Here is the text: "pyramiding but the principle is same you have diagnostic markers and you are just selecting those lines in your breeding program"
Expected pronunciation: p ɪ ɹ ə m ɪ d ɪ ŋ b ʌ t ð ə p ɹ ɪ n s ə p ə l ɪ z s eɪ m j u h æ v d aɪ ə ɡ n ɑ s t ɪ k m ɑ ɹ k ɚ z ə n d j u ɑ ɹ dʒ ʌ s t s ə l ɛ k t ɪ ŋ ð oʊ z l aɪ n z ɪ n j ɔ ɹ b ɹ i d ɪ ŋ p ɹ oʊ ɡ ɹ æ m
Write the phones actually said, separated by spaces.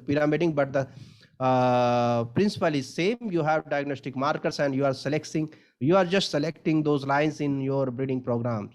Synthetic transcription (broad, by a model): p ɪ ɹ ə m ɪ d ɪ ŋ b ʌ t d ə p ɹ ɪ n s ə p ə l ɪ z s eɪ m j u h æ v d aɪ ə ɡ n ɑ s t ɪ k m ɑ ɹ k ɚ s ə n d j u ɑ ɹ dʒ ʌ s t s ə l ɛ k t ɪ ŋ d oʊ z l aɪ n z ɪ n j ɔ ɹ b ɹ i d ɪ ŋ p ɹ oʊ ɡ ɹ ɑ m